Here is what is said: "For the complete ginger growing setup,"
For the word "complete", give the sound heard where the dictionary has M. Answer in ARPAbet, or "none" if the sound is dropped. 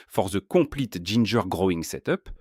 none